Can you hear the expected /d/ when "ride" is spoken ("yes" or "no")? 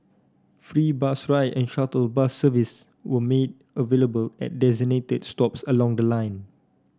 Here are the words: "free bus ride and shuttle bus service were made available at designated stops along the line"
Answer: no